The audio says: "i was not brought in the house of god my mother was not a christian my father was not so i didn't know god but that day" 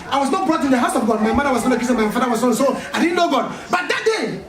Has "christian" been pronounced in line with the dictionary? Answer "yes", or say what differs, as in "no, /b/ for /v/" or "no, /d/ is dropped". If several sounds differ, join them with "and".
no, /ɹ/ is dropped and /tʃ/ is dropped